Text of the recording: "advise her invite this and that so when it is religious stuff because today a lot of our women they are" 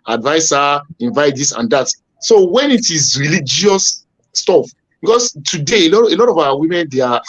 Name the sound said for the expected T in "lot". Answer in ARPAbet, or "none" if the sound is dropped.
T